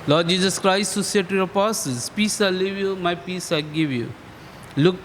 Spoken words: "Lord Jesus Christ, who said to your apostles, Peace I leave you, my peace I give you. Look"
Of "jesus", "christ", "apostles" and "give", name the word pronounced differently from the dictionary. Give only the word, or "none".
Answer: apostles